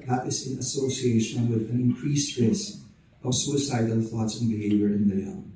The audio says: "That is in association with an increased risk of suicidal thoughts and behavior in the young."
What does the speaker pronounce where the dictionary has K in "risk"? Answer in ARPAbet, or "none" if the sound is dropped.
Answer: none